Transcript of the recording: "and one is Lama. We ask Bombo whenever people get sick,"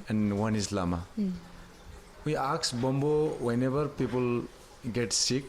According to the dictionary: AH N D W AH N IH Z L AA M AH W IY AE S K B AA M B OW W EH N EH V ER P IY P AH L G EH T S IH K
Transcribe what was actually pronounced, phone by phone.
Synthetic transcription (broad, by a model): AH N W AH N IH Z L AA M AH W IY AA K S B AA M B OW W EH N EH B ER P IY P AH L G EH T S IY K